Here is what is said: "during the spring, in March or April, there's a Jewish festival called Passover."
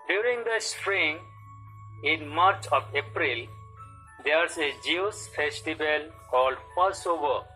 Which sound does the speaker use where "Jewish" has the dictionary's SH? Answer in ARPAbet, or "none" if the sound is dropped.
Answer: S